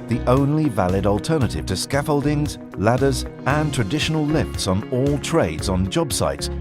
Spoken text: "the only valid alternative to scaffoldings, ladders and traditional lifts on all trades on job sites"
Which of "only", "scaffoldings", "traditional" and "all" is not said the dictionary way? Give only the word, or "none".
none